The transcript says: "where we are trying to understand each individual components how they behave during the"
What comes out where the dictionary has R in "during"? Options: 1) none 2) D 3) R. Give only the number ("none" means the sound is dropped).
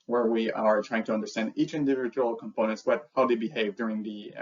3